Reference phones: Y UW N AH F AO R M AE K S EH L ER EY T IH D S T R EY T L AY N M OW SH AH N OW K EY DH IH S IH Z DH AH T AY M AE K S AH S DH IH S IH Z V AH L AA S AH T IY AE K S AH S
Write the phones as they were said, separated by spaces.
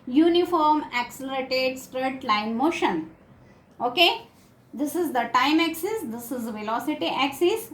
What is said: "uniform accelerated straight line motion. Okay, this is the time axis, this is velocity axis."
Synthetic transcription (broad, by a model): Y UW N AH F AO R M AE K S EH L ER EY T IH D S T R EY T L AY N M OW SH AH N OW K EY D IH S IH Z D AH T AY M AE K S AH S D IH S IH Z V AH L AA S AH T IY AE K S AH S